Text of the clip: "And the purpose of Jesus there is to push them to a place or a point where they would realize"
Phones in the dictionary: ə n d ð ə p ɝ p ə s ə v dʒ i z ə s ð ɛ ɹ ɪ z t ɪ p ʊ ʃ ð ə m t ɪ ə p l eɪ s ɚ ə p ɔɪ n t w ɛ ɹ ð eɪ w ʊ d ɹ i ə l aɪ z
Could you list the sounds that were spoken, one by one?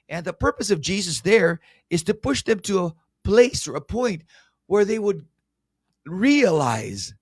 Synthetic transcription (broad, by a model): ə n ð ə p ɝ p ə s ə v dʒ i z ə s ð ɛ ɹ ɪ z t ɪ p ʊ ʃ ð ə m t ɪ ə p l eɪ s ɚ ə p ɔɪ n t w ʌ ɹ ð eɪ w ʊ d ɹ i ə l aɪ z